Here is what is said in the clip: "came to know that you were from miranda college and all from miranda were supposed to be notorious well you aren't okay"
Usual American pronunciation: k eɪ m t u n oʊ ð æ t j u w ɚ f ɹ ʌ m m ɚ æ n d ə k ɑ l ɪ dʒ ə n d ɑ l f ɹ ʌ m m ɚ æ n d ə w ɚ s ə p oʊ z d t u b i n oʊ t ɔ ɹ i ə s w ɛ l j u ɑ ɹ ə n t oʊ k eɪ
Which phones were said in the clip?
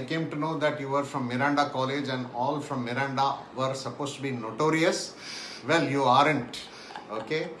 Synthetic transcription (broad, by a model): k eɪ m t u n oʊ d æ t j u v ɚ f ɹ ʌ m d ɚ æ n d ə k ɑ l ɪ dʒ ə n d ɑ l f ɹ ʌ m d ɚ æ n d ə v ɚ s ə p oʊ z t u b i n oʊ t ɔ ɹ i ə s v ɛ l j u ɑ ɹ ə n t oʊ k eɪ